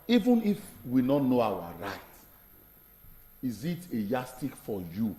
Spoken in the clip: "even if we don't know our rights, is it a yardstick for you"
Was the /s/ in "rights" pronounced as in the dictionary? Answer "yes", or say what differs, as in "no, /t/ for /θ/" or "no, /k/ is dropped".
no, /s/ is dropped